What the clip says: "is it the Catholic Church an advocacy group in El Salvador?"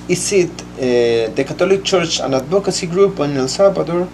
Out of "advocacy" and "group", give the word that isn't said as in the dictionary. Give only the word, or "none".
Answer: advocacy